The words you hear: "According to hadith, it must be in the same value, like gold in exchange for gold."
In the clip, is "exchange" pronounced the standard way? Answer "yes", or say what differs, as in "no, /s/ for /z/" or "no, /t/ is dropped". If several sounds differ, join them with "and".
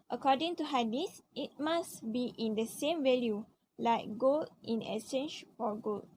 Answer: no, /k/ is dropped and /tʃ/ is dropped